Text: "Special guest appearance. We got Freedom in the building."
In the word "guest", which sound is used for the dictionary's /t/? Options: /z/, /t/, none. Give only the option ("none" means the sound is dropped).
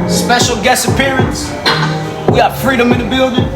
none